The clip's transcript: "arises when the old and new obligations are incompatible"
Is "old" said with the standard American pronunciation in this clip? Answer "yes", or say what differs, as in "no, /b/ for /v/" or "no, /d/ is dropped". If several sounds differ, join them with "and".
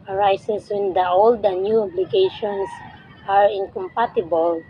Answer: yes